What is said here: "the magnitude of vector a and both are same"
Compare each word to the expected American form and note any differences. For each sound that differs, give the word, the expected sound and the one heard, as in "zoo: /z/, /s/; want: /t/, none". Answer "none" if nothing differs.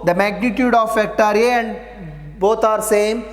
vector: /v/, /f/; both: /θ/, /t/